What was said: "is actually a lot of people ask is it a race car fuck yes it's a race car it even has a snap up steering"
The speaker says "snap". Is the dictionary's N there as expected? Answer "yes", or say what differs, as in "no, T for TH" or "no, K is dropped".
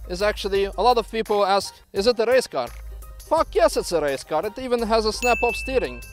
yes